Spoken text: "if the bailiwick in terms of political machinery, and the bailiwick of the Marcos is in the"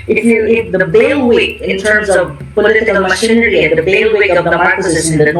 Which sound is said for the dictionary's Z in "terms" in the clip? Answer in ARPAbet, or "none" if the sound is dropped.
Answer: Z